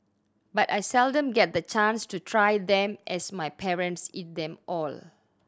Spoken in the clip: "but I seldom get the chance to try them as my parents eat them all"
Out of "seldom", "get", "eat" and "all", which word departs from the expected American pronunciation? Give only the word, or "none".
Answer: none